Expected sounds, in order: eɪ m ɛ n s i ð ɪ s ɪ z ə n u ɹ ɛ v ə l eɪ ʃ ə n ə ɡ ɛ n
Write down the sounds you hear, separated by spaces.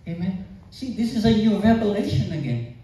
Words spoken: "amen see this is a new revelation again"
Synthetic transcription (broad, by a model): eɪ m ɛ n s i ð ɪ s ɪ z ə n u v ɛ p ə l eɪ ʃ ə n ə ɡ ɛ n